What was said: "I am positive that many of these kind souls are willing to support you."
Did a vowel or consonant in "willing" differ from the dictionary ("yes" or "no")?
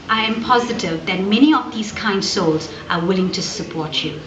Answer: no